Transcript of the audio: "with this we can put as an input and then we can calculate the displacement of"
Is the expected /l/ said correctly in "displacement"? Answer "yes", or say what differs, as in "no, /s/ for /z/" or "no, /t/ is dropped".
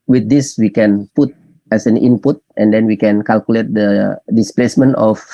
yes